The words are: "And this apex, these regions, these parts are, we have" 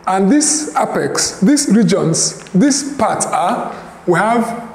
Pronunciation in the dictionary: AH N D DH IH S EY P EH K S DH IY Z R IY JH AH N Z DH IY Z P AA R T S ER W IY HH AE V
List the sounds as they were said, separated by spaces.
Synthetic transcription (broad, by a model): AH N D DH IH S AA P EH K S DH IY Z R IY JH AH N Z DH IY S P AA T ER W IY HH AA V